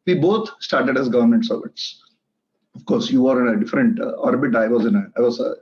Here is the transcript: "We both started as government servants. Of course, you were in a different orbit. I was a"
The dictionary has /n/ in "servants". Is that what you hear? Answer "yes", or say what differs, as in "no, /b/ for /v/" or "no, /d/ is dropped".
no, /n/ is dropped